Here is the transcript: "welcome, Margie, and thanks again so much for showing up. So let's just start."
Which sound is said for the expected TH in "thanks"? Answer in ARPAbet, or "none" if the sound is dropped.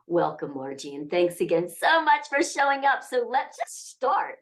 TH